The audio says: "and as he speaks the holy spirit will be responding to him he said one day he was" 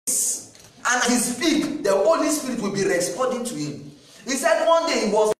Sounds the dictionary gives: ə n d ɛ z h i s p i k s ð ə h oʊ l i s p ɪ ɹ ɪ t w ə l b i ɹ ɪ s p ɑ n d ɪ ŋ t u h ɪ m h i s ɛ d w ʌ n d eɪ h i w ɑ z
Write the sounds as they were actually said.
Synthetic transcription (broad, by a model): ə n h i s f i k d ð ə h oʊ l i s p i ɹ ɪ t w ə l b i ɹ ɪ s p ɑ n d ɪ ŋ t u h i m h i s ɛ d w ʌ n d eɪ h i w ɑ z